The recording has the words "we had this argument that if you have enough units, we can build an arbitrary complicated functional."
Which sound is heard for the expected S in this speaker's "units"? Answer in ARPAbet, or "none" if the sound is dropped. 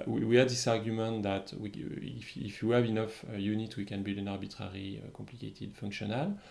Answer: none